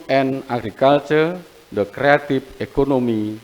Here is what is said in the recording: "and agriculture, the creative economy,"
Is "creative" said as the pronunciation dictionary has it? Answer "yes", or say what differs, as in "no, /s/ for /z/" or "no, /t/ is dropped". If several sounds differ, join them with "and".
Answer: no, /p/ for /v/